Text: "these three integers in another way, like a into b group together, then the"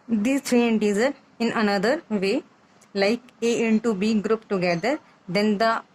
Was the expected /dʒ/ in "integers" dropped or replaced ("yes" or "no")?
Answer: yes